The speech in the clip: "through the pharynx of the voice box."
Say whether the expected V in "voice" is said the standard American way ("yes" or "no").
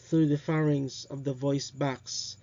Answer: yes